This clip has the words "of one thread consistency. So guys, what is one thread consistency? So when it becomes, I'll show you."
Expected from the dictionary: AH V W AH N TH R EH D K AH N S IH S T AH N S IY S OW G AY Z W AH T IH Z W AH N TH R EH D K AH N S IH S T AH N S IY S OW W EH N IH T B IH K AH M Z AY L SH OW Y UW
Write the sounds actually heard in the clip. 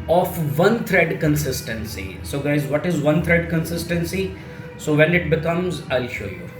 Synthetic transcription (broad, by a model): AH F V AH N T R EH D K AH N S IH S T AH N S IY S OW G AY Z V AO T IH Z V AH N T R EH D K AH N S IH S T AH N S IY S OW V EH N IH T B IH K AH M Z AY L SH OW Y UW